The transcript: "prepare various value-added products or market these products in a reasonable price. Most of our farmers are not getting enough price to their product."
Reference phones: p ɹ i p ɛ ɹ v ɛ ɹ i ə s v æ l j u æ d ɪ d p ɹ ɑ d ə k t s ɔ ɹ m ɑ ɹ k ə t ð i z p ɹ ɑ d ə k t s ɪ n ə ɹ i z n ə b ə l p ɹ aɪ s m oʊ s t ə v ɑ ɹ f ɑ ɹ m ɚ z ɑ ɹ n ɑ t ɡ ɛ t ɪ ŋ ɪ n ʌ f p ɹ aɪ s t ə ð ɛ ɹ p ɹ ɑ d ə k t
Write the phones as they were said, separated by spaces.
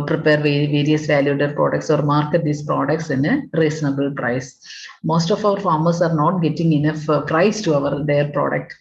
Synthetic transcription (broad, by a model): p ɹ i p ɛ ɹ v ɛ ɹ i ə s v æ l j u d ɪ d p ɹ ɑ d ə k t s ɔ ɹ m ɑ ɹ k ə t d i s p ɹ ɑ d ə k t s ɪ n ə ɹ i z n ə b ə l p ɹ aɪ s m oʊ s t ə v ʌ ɹ f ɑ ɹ m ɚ s ɑ ɹ n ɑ t ɡ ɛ t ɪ ŋ ɪ n ʌ f p ɹ aɪ s t ə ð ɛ ɹ p ɹ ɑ d ə k t